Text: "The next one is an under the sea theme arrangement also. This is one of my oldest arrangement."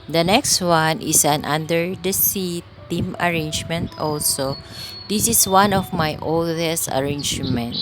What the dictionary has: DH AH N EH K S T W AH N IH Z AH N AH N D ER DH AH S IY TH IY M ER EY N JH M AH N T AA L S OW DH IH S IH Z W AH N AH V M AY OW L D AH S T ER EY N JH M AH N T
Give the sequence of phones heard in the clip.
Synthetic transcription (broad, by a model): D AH N EH K S T W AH N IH S AH N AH N D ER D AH S IY T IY M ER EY N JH M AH N T AA L S OW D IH S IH S W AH N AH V M AY OW L D AH S T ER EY N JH M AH N T